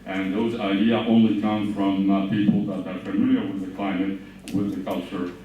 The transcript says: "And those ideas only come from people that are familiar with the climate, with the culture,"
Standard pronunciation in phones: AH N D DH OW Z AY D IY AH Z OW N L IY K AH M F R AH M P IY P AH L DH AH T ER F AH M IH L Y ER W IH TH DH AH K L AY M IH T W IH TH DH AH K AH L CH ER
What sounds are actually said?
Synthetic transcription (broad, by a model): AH N DH OW Z AY D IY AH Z OW N L IY K AH M F R AH M P IY P L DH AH T ER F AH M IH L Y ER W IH DH AH K L AY M IH T W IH DH AH K AH L CH ER